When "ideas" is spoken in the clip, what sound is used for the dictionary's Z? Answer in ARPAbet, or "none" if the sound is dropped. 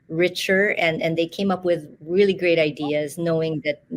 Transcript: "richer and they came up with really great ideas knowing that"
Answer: Z